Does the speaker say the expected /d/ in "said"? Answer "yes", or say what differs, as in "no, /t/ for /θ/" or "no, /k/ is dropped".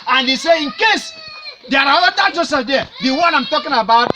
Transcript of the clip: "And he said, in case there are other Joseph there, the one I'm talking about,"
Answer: no, /d/ is dropped